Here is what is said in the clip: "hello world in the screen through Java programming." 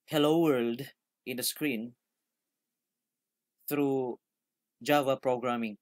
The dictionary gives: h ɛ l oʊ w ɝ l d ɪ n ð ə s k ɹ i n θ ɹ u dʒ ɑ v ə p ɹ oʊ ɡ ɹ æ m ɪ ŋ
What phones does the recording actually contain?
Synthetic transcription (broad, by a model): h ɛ l oʊ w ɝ l d ɪ n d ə s k ɹ i n t ɹ u dʒ ɑ v ə p ɹ oʊ ɡ ɹ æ m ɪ ŋ